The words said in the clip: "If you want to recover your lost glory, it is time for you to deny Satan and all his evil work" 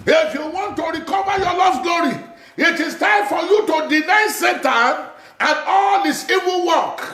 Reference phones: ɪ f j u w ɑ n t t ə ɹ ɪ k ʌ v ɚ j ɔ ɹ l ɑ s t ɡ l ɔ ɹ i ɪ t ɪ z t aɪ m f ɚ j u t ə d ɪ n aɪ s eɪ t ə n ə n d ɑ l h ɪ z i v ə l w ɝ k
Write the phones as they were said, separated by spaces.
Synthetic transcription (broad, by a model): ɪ f j u w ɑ n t t ə ɹ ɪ k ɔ v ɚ j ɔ l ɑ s ɡ l ɔ ɹ i ɪ t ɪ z t aɪ m f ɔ j u t ə d ɪ n aɪ s eɪ t ə n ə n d ɑ l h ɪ s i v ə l w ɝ k